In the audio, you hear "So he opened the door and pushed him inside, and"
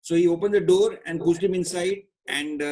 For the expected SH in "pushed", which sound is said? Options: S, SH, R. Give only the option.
S